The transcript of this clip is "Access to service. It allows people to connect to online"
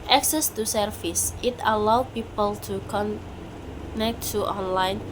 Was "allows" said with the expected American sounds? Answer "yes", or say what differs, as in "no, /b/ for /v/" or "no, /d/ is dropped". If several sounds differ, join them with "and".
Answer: no, /z/ is dropped